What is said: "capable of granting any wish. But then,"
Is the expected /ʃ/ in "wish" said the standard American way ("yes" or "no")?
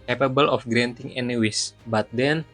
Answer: no